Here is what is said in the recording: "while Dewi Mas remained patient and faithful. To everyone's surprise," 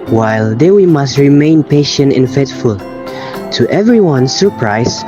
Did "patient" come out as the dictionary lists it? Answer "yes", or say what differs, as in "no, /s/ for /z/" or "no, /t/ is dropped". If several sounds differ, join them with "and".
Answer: yes